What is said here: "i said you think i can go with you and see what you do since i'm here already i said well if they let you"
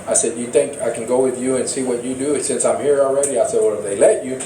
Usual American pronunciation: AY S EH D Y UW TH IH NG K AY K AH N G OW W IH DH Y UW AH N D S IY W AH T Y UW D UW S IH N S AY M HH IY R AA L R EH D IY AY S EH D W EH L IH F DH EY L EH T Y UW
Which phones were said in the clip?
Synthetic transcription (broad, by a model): AY S EH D Y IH TH IH NG K AY K N G OW W IH DH Y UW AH N S IY W AH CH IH D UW S IH N S AY M HH IY R L R EH D IY AY S EH D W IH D DH EY L EH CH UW